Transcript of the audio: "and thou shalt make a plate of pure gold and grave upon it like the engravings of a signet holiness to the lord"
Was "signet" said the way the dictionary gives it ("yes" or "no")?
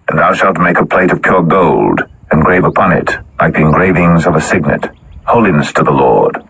yes